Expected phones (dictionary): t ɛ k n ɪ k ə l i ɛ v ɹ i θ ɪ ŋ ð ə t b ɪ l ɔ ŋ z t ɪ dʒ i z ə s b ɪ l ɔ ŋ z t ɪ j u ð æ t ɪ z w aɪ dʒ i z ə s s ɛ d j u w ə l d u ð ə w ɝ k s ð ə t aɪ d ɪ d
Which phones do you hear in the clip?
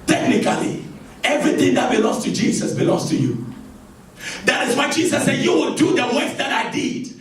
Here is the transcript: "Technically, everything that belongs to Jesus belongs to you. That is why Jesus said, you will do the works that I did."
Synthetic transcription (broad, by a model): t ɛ k n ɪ k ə l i ɛ v ɹ i θ ɪ ŋ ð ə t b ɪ l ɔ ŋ s t ɪ dʒ i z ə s b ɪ l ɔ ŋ s t ɪ j u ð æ t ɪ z w aɪ dʒ i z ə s s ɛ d j u w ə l d u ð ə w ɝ s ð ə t aɪ d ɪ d